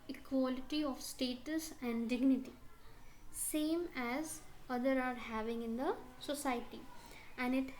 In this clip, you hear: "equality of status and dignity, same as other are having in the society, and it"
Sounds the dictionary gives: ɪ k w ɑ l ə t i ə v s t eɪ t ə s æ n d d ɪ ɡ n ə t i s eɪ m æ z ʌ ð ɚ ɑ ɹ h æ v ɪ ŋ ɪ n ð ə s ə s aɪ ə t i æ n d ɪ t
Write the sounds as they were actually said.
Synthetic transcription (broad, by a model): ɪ k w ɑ l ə t i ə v s t eɪ t ə s æ n d d ɪ ɡ n ə t i s eɪ m æ z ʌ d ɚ ɑ ɹ h æ v ɪ ŋ ɪ n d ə s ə s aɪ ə t i æ n d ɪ t